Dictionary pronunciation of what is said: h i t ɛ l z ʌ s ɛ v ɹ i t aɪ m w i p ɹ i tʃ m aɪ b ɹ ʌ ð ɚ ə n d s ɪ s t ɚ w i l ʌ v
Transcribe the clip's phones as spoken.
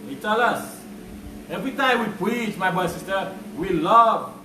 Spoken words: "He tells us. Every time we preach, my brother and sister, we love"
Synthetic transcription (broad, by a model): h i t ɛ l ʌ s ɛ v ɹ i t aɪ m w i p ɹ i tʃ m aɪ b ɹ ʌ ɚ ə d s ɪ s t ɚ w i l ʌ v